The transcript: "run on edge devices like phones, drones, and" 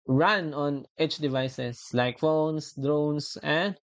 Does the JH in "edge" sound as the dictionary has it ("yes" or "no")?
no